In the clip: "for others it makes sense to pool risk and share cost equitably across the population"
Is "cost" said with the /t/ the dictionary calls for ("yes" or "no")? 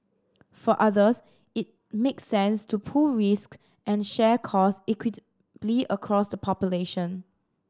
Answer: no